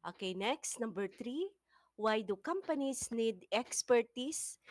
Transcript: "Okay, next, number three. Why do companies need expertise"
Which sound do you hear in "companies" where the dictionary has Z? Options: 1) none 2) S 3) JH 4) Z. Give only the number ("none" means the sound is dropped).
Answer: 2